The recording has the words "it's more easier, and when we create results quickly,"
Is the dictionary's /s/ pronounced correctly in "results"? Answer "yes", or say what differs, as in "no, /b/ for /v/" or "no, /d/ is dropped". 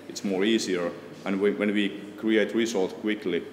no, /s/ is dropped